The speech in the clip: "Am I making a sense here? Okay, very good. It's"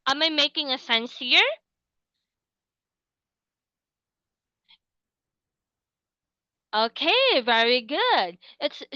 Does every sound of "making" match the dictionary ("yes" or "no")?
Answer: yes